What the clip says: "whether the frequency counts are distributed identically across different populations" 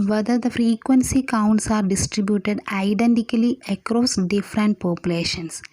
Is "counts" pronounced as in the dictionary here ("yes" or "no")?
yes